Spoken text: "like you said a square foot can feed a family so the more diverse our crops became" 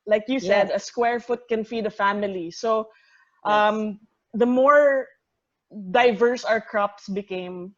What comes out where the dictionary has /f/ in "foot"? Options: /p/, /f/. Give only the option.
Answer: /f/